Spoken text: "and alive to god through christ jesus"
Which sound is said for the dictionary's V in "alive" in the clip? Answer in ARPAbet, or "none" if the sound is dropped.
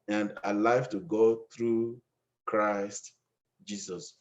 F